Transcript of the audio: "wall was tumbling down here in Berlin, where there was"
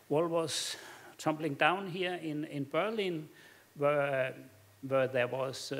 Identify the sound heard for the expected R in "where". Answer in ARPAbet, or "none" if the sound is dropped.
W